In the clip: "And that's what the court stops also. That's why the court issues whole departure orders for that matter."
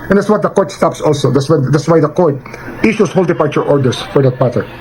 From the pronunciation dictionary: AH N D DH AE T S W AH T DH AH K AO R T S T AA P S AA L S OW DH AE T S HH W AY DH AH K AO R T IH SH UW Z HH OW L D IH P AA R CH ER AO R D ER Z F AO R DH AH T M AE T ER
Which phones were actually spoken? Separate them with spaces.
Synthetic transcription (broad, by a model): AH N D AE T S W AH T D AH K AO R T S T AA P S AA L S OW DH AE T S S W AY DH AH K AO R T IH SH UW S HH OW L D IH P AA R CH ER AO R D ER S F AO R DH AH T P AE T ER